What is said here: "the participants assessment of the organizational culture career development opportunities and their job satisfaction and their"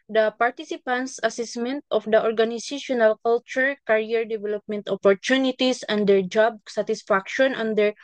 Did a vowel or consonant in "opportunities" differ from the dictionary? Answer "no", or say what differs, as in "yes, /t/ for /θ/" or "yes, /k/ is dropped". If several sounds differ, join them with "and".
yes, /s/ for /z/